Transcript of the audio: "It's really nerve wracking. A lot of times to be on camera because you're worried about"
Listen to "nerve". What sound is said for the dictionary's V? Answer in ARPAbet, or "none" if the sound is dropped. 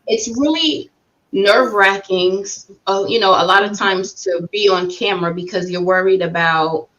V